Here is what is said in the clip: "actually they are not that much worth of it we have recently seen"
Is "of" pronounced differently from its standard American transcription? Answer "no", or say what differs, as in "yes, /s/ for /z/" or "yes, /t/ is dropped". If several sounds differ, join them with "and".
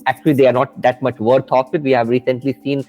yes, /f/ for /v/